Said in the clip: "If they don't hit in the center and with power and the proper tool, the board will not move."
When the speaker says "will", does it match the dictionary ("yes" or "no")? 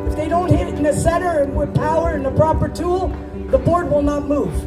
yes